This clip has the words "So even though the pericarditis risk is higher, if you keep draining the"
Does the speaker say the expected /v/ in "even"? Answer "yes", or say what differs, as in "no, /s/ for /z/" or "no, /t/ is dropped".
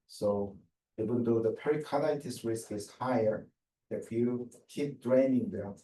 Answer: no, /w/ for /v/